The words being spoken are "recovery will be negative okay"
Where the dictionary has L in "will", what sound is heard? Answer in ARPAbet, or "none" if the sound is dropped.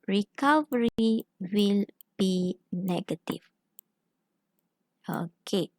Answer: L